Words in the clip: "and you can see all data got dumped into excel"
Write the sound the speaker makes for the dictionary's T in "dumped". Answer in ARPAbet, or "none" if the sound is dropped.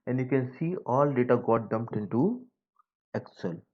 T